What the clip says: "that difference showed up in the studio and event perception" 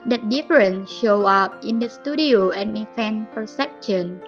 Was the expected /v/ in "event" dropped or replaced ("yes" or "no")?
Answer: yes